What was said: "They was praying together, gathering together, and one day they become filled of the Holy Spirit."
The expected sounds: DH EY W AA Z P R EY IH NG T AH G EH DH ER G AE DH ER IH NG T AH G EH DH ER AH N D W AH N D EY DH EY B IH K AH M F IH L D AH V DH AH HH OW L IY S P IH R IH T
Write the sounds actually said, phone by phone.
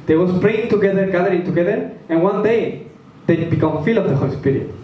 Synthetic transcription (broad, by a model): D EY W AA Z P R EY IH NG T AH G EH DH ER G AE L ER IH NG T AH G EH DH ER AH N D W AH N D EY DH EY B IH K AH M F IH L AH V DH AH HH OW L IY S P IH R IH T